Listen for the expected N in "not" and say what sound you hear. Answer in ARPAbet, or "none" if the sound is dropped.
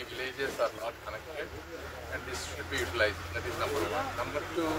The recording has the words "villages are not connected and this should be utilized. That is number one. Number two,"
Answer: L